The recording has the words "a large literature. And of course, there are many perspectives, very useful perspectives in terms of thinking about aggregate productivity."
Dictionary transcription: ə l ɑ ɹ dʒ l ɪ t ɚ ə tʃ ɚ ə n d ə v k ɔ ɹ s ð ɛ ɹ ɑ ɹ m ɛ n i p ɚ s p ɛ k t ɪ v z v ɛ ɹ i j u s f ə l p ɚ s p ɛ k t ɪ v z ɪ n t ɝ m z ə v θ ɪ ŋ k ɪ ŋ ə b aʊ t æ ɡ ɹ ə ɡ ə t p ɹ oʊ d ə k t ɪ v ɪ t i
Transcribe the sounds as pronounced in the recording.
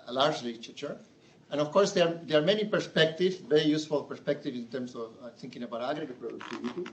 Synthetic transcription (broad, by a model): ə l ɑ ɹ dʒ l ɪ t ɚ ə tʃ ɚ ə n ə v k ɔ ɹ s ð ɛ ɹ ɑ ɹ m ɛ n i p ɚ s p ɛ k t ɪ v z v ɛ ɹ i j u s f ə l p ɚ s p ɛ k t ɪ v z ɪ n t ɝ m s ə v θ ɪ ŋ k ɪ ŋ ə b aʊ t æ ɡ ɹ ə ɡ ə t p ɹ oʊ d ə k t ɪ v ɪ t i